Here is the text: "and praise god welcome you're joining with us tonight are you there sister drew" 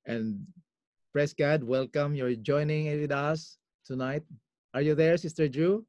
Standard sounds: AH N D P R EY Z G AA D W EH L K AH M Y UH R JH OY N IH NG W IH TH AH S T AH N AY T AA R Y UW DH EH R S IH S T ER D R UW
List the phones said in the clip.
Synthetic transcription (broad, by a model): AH N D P R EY S G AA D W EH L K AH M Y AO R JH OY N IH NG W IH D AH S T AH N AY T AA R Y UW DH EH R S IH S T ER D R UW